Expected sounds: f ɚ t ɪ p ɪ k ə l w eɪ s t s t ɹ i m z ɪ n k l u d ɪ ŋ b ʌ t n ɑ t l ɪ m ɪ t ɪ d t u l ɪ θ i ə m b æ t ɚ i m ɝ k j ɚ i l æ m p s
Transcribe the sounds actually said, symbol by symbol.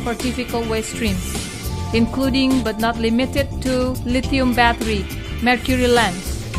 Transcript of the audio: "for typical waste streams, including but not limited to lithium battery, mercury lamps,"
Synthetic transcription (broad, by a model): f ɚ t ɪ f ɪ k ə l w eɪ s s t ɹ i m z ɪ n k l u d ɪ ŋ b ʌ t n ɑ t l ɪ m ɪ t ɪ d t u l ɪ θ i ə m b æ t ɚ i m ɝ k j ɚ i l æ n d